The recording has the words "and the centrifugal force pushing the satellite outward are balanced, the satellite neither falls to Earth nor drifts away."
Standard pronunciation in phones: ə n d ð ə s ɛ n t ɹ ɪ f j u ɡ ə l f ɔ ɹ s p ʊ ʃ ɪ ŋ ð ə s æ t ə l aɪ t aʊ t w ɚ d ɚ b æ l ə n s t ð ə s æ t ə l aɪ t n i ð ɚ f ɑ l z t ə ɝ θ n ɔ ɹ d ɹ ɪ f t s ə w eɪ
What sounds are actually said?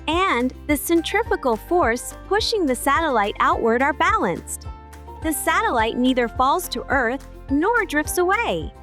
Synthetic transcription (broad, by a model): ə n ð ə s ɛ n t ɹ ɪ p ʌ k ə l f ɔ ɹ s p ʊ ʃ ɪ ŋ ð ə s æ t ə l aɪ t aʊ t w ɚ d ɚ b æ l ə n s t ð ə s æ t ə l aɪ t n i ð ɚ f ɑ l z t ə ɝ θ n ɔ ɹ d ɹ ɪ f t s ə w eɪ